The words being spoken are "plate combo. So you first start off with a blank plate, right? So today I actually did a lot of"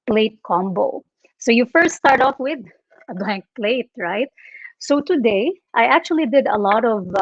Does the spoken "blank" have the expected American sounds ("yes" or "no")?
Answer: yes